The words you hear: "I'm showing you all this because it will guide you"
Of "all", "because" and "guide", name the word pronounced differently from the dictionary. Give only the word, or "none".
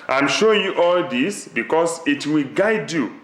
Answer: because